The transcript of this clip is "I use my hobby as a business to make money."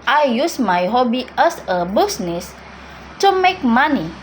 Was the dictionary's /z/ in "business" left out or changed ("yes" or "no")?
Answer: yes